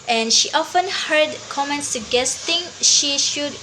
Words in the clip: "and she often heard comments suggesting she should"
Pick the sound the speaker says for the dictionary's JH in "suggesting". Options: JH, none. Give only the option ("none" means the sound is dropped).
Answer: none